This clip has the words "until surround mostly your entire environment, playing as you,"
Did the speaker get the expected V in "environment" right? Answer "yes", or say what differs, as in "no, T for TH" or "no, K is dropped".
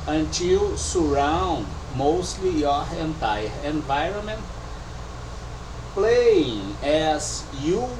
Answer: yes